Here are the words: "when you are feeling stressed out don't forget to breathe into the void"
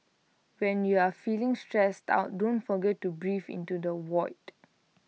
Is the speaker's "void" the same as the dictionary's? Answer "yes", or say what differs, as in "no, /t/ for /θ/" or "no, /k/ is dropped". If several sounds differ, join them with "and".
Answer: no, /w/ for /v/